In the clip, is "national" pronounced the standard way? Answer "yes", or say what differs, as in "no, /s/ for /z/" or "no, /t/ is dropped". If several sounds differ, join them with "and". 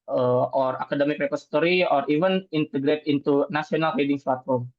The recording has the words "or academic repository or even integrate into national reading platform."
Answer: no, /s/ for /ʃ/